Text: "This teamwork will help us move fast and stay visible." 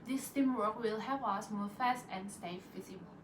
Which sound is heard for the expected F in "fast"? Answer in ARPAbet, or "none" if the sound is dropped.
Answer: F